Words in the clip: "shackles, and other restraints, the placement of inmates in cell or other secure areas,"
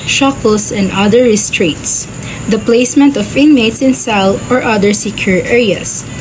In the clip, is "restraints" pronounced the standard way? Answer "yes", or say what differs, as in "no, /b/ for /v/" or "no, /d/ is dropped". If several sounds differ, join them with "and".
no, /n/ is dropped